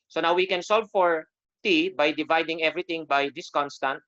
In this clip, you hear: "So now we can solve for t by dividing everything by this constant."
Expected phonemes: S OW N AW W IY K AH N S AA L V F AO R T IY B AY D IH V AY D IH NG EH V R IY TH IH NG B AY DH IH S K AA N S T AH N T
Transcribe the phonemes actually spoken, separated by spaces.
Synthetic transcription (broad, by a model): S OW N AW W IY K AH N S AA L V F AO R T IY B AY D IH V AY D IH NG EH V R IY T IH NG B AY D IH S K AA N S T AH N T